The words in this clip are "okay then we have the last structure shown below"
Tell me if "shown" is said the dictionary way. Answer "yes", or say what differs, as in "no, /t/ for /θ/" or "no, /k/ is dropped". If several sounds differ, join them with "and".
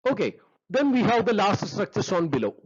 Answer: no, /s/ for /ʃ/